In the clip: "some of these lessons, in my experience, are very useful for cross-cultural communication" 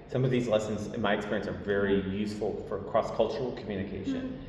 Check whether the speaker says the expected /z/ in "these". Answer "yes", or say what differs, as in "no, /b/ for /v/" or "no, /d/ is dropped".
yes